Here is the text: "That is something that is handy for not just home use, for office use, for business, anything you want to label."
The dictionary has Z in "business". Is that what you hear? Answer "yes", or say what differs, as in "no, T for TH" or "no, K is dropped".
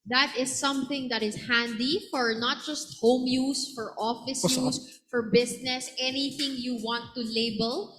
no, S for Z